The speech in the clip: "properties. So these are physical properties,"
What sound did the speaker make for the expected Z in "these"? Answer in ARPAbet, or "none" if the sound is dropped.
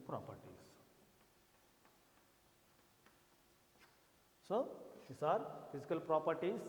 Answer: S